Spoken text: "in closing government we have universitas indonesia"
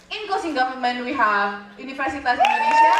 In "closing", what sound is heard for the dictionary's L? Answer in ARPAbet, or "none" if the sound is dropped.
none